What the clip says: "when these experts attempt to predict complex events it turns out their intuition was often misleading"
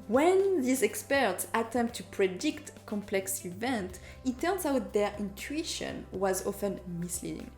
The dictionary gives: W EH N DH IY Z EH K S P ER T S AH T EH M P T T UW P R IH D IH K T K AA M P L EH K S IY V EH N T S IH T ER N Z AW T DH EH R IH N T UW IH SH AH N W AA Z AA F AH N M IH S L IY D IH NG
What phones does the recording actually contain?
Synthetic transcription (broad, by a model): W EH N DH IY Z EH K S P ER T S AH T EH M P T T UW P R IH D IH K T K AA M P L EH K S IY V EH N T IH T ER N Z AW T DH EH R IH N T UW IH SH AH N W AA Z AA F AH N M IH S L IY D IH NG